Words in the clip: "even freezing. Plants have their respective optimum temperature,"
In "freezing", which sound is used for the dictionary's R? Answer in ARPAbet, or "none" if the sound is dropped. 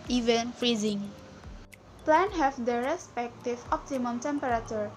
R